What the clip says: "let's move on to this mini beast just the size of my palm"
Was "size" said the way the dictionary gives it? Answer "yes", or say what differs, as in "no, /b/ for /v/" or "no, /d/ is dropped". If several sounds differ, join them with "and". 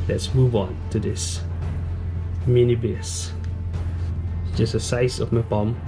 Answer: no, /s/ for /z/